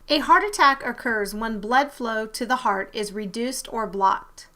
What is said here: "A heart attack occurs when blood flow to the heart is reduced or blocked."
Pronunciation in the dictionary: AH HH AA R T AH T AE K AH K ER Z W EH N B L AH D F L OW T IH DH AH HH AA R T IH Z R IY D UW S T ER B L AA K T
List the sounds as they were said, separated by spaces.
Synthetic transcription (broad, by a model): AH HH AA R T AH T AE K AH K ER Z W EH N B L AH D F L OW T IH DH AH HH AA R T IH Z R IY D UW S T ER B L AA K T